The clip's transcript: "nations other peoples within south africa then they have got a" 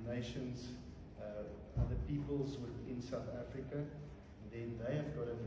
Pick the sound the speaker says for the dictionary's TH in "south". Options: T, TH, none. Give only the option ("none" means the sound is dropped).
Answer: TH